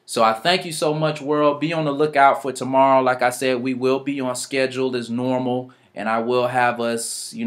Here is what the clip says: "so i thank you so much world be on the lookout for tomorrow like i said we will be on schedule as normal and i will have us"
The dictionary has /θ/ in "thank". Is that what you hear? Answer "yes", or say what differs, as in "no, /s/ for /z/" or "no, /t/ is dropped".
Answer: yes